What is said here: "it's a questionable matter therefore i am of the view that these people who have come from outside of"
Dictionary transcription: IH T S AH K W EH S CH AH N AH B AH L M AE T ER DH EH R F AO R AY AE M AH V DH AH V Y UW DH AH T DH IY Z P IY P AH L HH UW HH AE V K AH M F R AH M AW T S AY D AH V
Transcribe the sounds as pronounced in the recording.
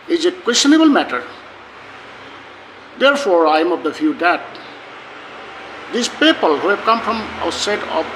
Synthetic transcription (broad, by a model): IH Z AH K W EH S CH AH N AH B AH L M AE T ER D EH R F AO R AY M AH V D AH F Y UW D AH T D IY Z P IY P AH L HH UW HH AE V K AH M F R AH M AW T S AY D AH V